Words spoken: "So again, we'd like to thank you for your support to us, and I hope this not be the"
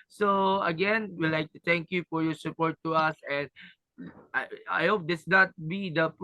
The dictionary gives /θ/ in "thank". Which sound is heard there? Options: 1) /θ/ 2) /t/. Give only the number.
2